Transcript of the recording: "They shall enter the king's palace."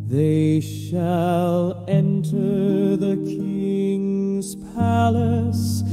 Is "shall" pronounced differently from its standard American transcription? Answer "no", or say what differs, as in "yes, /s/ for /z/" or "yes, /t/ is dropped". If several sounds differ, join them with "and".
no